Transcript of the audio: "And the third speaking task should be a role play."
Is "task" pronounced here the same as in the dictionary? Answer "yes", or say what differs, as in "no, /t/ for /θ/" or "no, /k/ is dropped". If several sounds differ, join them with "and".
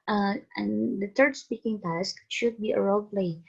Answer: yes